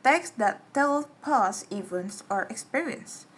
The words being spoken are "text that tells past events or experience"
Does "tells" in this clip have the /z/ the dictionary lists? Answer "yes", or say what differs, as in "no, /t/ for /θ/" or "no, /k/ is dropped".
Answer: no, /z/ is dropped